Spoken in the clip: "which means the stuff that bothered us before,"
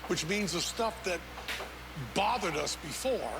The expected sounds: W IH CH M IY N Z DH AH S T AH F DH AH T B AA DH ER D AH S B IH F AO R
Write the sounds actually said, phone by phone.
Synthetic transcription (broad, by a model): W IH CH M IY N Z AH S T AH F DH AH T B AA DH ER D AH S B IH F AO R